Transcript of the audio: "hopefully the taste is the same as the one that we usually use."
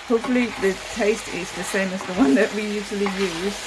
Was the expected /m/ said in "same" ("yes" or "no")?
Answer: yes